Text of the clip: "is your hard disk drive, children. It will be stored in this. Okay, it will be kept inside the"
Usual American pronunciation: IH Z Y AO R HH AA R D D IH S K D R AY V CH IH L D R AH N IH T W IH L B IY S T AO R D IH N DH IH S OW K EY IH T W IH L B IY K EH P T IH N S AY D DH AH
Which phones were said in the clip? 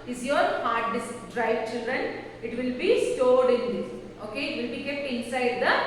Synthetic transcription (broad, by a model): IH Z Y AO R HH AA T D D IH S D R AY V CH IH L D R AH N IH T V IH L B IY S T AO R D IH N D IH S OW K EY IH T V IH L B IY K EH P T IH N S AY D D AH